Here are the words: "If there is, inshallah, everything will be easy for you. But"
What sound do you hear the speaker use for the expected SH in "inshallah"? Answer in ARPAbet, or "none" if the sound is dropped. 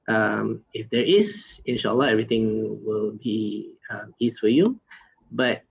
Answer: SH